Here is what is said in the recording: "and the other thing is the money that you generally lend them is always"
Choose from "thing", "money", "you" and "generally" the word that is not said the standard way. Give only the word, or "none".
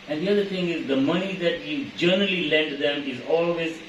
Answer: thing